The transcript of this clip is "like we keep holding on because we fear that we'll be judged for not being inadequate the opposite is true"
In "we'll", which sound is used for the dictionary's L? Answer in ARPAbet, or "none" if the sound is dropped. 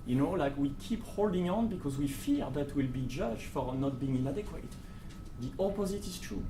L